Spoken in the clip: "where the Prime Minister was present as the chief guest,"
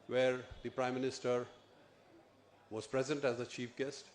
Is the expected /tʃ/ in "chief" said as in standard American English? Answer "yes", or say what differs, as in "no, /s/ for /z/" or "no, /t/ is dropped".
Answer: yes